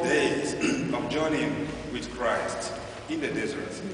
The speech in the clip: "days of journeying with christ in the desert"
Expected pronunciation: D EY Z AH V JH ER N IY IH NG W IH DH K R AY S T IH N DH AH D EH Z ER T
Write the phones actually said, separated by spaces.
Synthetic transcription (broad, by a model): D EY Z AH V JH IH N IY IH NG W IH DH K R AY S T IH N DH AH D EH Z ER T